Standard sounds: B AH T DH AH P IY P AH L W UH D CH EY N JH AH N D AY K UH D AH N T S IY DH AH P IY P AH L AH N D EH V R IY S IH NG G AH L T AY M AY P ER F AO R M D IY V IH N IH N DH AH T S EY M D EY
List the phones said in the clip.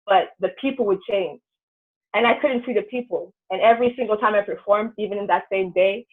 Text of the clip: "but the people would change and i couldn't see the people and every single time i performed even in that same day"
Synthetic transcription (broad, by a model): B AH T DH AH P IY P L W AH D CH EY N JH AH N AY K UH D N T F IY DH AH P IY P L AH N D EH V R IY S IH NG G L T AY M AY P ER F AO R M D IY V IH N IH N DH AH T S EY M D EY